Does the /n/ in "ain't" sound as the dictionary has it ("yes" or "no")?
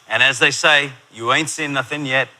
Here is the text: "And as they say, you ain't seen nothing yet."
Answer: yes